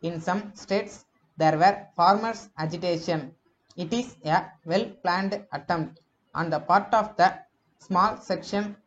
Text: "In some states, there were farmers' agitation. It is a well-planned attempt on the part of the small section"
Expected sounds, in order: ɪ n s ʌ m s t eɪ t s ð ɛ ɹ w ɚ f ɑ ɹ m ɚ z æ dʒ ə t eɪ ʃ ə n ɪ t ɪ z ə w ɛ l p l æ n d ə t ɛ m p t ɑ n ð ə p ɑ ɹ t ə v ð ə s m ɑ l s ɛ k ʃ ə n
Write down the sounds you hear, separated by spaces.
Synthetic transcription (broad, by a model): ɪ n s ʌ m s t eɪ t s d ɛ ɹ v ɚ f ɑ ɹ m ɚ s æ dʒ ə t eɪ ʃ ə n ɪ t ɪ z ə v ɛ l p l æ n d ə t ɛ m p t ɑ n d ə p ɑ ɹ t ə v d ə s m ɑ l s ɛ k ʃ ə n